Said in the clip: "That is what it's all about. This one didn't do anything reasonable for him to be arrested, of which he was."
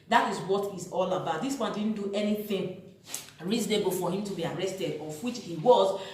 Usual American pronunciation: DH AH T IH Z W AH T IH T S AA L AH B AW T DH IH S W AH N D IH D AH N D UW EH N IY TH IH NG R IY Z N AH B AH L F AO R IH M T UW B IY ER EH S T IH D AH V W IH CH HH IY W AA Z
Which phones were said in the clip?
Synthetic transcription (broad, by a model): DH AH T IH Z W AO T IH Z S AA L AH B AW T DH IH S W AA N D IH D N D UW EH N IY TH IH NG R IY Z N AH B AH L F AO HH IH M T UW B IY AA EH S T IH D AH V W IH CH HH IY W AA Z